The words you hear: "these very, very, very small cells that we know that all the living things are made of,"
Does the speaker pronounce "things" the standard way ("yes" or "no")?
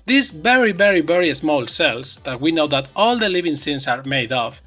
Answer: no